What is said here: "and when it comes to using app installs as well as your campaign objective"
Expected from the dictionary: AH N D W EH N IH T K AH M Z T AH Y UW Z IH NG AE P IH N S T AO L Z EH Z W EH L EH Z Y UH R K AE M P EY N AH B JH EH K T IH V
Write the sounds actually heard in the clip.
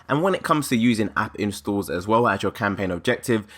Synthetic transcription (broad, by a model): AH N W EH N IH T K AH M Z T AH Y UW Z IH NG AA P IH N S T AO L Z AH Z W EH L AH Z Y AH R K AE M P EY N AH B JH EH K T IH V